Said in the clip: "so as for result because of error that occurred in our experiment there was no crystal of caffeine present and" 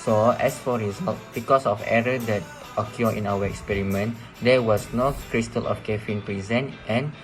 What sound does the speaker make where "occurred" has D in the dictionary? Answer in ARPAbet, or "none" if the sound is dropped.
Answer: none